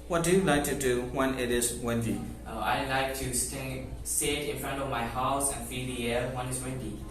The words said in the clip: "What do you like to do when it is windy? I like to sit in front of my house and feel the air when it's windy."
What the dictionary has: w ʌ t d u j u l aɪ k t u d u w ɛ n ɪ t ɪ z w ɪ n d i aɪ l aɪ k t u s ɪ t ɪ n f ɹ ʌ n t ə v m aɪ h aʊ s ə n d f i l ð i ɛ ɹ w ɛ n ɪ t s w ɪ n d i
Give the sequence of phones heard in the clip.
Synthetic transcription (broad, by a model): w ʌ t d u j u l aɪ k t u d u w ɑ n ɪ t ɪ s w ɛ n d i aɪ l aɪ k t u s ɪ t ɪ n f ɹ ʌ n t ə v m aɪ h aʊ s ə n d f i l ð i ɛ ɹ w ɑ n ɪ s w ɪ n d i